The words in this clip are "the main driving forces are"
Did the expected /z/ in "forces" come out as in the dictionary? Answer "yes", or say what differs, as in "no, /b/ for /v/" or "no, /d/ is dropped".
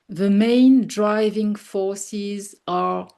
yes